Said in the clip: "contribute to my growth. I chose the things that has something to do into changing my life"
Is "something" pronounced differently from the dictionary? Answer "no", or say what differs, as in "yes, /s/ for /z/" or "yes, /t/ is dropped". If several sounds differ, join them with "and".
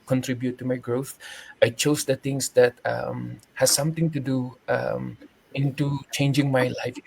yes, /t/ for /θ/